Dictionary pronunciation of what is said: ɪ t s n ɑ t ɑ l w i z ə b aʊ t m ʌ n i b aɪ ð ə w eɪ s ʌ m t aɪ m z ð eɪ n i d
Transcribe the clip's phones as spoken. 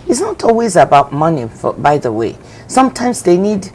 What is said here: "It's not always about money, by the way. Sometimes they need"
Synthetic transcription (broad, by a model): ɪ t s n ɑ t ɑ l w i z ə b aʊ t m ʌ n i b aɪ ð ə w eɪ s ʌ m t aɪ m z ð eɪ n i d